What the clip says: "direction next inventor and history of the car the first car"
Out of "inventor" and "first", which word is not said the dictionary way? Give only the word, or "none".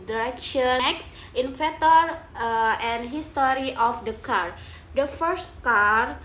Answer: inventor